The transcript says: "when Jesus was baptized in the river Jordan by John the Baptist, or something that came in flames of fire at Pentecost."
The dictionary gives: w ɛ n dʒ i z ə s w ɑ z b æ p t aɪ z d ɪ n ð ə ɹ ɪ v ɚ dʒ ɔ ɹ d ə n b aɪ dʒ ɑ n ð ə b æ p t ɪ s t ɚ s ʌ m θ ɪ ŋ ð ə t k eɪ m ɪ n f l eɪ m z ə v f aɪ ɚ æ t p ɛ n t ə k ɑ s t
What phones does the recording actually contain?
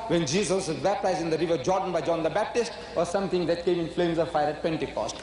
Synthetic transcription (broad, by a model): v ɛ n dʒ i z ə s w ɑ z b æ p t aɪ z d ɪ n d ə ɹ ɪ v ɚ dʒ ɔ ɹ d ə n b aɪ dʒ ɑ n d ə b æ p t ɪ s t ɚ s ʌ m t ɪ ŋ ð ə t k eɪ m ɪ n f l eɪ m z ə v f aɪ ɚ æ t p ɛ n t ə k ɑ s t